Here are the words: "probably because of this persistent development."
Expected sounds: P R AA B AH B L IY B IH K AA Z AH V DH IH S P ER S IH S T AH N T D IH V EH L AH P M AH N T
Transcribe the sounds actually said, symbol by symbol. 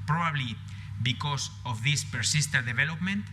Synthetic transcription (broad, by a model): P R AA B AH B L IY B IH K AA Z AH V DH IH S P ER S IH S T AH T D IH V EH L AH P M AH N T